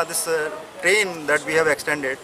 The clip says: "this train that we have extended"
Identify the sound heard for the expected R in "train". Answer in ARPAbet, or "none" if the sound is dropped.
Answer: R